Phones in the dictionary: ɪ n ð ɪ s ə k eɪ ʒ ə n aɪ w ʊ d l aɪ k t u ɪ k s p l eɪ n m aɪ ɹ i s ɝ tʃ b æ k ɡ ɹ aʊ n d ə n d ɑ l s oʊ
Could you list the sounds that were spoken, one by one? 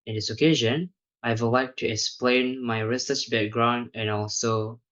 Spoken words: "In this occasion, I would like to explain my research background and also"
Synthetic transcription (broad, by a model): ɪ n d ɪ s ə k eɪ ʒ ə n aɪ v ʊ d l aɪ k t u ɪ k s p l eɪ n m aɪ ɹ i s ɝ s b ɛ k ɡ ɹ aʊ n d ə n ɑ l s oʊ